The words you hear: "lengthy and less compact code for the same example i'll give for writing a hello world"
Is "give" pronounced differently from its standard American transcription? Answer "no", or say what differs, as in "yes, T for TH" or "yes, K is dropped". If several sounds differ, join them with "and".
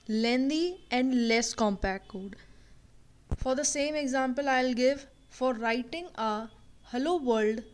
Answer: no